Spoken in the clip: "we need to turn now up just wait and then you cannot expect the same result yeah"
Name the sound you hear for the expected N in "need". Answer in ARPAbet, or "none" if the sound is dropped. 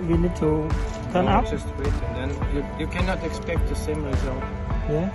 L